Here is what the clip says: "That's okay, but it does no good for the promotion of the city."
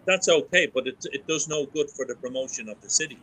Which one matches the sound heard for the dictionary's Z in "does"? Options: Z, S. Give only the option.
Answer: Z